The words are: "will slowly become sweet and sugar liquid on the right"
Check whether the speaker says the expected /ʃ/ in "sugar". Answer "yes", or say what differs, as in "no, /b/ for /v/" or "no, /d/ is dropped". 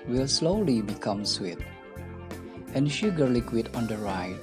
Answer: yes